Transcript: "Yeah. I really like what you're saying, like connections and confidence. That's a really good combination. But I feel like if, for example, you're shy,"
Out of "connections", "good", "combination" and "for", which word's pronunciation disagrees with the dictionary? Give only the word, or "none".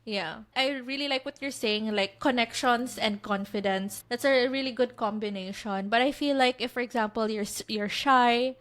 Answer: connections